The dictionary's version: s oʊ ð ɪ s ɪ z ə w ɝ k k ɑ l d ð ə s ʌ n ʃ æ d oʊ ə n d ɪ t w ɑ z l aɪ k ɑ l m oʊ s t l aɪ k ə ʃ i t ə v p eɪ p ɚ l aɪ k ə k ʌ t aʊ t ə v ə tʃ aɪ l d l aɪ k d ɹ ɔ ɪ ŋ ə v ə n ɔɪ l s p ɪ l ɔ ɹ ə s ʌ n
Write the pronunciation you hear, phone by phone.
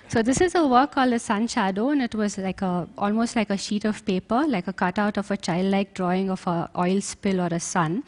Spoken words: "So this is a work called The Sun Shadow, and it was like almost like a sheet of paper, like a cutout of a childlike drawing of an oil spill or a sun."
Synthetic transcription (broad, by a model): s oʊ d ɪ s ɪ z ə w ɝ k k ɑ l d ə s ʌ n ʃ æ d oʊ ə n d ɪ t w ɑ z l aɪ k ɑ l m oʊ s t l aɪ k ə ʃ i t ə v p eɪ p ɚ l aɪ k ə k ʌ t aʊ t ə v ə tʃ aɪ l d l aɪ k d ɹ ɔ ɪ ŋ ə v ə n ɔɪ l s p ɪ l ɔ ɹ ə s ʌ n